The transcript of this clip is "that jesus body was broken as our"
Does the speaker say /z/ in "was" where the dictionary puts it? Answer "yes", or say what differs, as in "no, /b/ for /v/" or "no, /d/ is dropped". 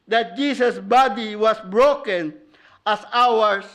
no, /s/ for /z/